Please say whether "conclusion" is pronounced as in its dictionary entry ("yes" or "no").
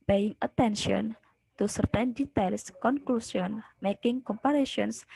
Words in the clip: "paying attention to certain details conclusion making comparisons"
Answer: no